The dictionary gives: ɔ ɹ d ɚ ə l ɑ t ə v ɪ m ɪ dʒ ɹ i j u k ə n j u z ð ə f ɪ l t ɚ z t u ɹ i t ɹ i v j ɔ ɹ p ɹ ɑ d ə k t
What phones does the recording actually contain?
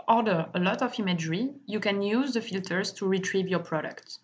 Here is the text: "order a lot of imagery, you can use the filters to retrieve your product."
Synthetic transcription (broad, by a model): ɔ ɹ d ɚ ə l ɑ t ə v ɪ m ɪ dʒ ɹ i j u k ə n j u z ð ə f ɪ l t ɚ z t u ɹ i t ɹ i v j ɔ ɹ p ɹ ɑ d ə k t